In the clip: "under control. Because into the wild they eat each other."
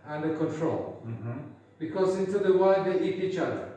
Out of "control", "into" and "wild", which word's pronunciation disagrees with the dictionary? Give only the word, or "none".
wild